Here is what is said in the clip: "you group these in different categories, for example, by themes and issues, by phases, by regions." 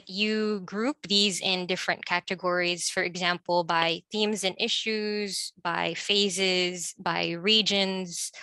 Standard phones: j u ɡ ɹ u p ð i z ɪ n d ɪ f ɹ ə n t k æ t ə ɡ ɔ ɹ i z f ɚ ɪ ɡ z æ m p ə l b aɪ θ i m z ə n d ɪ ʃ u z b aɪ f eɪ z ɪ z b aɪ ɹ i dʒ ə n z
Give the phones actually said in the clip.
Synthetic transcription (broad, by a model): j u ɡ ɹ u p ð i z ɪ n d ɪ f ɹ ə n k æ t ə ɡ ɔ ɹ i z f ɚ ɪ ɡ z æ m p l b aɪ θ i m z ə n ɪ ʃ u z b aɪ f eɪ z ɪ z b aɪ ɹ i dʒ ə n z